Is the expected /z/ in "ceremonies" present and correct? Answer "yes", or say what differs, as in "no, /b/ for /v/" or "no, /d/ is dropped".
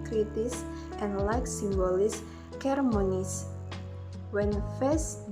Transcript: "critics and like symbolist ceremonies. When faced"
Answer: no, /s/ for /z/